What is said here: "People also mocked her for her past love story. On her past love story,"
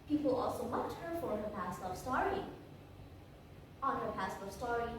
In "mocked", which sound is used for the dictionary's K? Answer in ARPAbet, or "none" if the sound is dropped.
none